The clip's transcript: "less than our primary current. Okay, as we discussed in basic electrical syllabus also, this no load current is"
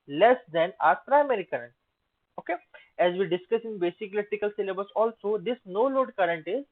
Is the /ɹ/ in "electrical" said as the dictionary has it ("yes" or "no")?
no